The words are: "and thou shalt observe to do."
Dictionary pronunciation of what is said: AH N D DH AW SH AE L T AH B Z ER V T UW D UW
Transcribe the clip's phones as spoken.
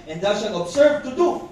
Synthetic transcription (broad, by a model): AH N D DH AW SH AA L AH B S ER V T UW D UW